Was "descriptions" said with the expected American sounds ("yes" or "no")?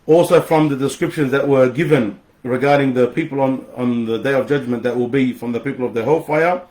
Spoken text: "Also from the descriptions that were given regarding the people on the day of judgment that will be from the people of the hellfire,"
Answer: yes